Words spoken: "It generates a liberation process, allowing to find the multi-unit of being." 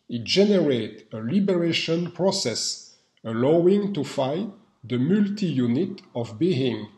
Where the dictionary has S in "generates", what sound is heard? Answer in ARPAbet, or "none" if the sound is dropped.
none